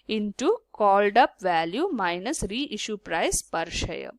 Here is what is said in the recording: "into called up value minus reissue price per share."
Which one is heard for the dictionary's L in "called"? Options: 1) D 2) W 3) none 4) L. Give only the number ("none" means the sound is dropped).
4